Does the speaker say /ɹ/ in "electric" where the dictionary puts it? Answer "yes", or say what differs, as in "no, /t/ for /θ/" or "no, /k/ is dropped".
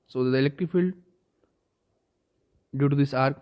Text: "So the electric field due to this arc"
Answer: no, /ɹ/ is dropped